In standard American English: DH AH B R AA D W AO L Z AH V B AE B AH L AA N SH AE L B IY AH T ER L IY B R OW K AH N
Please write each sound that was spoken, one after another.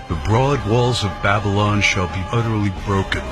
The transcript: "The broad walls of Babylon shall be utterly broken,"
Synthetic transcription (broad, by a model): DH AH B R AA D W AO L Z AH V B AE B AH L AA N SH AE L B IY AH T ER L IY B R OW K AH N